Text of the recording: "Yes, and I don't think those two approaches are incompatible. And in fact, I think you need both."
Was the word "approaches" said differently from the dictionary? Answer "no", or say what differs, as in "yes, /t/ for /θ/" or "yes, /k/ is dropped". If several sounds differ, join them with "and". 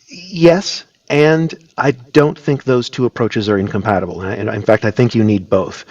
no